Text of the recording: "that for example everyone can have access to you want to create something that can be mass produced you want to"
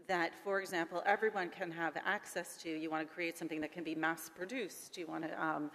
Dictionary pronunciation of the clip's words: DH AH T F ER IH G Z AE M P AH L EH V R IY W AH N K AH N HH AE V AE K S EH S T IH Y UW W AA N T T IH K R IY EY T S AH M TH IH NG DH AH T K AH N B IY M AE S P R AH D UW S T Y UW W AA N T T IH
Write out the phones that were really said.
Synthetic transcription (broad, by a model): DH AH T F ER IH G Z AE M P L EH V R IY W AH N K AH N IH V AE K S EH S T IH Y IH W AA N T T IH K R IY EY T S AH M TH IH NG DH AH T K AH N B IY M AE S P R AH D UW S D Y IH W AA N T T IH